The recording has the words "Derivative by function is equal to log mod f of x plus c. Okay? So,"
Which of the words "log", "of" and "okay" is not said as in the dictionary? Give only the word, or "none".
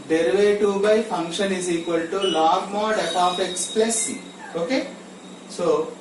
of